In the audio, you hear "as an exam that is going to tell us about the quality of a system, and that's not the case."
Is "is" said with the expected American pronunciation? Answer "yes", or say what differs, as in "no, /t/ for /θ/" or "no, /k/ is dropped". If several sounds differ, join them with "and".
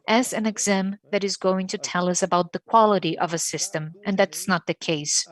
yes